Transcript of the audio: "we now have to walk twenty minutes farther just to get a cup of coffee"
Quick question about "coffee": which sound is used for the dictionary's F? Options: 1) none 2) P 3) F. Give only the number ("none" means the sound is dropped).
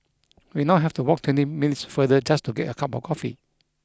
3